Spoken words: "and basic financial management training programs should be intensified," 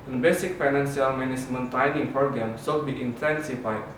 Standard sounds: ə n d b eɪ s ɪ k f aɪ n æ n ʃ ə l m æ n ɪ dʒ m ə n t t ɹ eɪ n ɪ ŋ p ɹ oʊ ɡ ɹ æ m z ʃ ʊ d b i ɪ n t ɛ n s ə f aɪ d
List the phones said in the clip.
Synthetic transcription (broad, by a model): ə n b eɪ s ɪ k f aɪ n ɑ n s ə l m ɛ n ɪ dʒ m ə n t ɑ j n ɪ ŋ p ɹ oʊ ɡ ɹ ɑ m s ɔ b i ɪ n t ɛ n s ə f aɪ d